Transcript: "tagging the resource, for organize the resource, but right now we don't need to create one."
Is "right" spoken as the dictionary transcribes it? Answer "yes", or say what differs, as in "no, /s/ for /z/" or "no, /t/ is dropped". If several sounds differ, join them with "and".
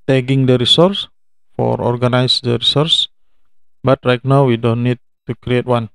no, /l/ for /ɹ/